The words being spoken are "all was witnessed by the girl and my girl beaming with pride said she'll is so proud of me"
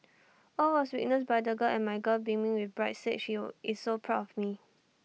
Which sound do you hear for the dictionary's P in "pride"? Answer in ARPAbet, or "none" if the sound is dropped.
B